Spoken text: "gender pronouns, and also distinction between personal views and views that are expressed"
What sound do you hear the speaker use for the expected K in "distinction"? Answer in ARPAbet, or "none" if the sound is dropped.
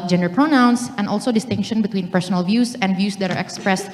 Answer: K